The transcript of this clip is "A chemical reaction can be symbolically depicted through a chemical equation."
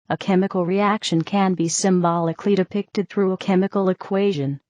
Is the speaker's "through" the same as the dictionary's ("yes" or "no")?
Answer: yes